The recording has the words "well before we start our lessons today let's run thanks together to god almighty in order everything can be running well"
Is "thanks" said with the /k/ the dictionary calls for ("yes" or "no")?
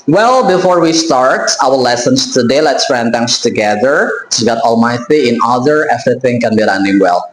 no